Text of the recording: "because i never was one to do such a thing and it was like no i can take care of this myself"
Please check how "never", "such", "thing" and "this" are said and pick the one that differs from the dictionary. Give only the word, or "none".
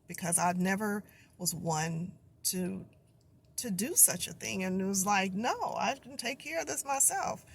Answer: none